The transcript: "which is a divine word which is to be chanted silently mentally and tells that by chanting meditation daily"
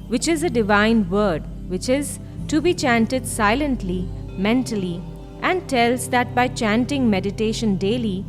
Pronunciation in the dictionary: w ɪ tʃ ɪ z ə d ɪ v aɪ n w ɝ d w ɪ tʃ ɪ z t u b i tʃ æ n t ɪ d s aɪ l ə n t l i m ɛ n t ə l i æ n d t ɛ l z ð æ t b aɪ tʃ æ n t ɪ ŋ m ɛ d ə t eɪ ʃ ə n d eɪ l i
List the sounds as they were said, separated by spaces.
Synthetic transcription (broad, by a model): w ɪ tʃ ɪ z ə d ɪ v aɪ n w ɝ d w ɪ tʃ ɪ z t u b i tʃ æ n t ɪ d s aɪ l ə n t l i m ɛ n t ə l i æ n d t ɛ l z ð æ t b aɪ tʃ æ n t ɪ ŋ m ɛ d ə t eɪ ʃ ə n d eɪ l i